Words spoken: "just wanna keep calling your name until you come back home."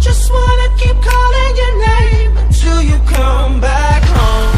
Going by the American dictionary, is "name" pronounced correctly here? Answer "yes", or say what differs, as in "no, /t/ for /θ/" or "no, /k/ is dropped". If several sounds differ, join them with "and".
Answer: no, /m/ is dropped